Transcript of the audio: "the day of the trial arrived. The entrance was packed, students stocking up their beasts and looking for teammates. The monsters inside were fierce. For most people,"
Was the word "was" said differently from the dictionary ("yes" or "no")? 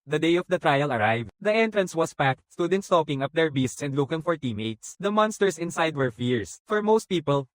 yes